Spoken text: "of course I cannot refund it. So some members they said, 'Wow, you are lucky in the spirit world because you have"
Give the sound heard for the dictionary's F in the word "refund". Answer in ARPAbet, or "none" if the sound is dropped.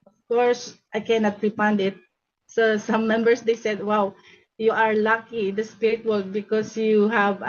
P